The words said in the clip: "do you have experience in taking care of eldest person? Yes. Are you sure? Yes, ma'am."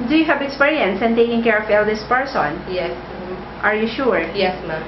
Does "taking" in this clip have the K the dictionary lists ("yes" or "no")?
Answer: yes